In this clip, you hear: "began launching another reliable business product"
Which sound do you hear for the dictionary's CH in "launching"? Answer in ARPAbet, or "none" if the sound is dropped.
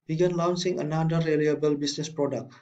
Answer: S